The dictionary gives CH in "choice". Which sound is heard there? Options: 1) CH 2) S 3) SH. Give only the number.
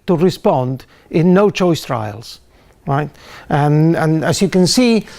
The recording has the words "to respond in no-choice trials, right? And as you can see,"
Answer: 1